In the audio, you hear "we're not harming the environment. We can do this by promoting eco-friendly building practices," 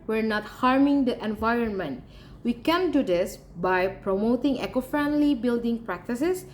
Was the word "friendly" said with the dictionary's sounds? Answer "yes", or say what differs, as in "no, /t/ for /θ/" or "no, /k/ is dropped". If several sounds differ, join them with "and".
yes